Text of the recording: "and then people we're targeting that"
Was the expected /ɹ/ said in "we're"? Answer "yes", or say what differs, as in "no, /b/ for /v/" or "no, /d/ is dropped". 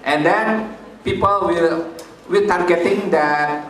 no, /l/ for /ɹ/